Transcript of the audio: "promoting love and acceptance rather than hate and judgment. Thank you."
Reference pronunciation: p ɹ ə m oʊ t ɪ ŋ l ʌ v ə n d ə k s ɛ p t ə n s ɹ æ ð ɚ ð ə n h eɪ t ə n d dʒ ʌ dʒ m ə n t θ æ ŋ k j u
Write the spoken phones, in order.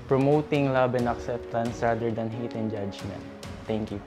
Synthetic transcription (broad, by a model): p ɹ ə m oʊ t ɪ ŋ l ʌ b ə n ə k s ɛ p t ə n s ɹ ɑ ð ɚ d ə n h eɪ t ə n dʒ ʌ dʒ m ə n t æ ŋ k j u